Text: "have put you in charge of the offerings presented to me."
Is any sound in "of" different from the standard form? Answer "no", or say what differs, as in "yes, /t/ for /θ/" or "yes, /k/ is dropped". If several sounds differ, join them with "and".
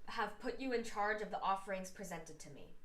no